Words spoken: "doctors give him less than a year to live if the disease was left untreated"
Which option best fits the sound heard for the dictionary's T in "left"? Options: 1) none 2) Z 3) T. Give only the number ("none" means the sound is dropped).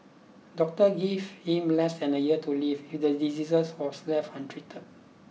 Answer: 1